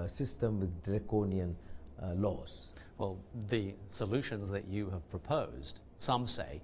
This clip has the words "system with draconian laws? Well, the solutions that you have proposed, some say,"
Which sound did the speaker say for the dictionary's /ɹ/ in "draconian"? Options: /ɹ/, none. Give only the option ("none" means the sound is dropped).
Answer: /ɹ/